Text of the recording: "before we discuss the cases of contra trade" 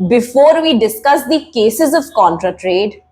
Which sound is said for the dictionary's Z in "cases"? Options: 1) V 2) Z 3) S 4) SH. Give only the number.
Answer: 2